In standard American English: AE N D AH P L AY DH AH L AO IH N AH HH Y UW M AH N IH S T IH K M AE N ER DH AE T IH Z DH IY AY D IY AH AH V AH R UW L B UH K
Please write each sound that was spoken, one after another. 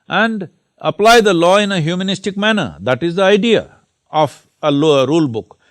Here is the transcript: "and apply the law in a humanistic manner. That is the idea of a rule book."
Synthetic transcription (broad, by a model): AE N D AH P L AY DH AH L AO IH N AH HH Y UW M AH N IH S T IH K M AE N ER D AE T IH Z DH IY AY D IY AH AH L AH R UW L B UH K